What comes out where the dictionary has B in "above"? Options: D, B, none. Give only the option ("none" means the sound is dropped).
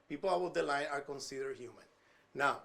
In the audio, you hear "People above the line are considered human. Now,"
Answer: none